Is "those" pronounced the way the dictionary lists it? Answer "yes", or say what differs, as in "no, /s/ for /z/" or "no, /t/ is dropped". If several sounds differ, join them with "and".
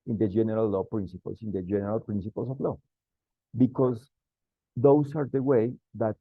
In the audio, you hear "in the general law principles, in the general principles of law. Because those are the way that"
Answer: no, /s/ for /z/